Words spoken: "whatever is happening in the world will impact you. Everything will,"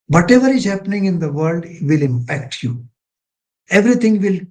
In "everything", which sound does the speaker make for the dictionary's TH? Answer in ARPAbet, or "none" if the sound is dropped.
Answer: T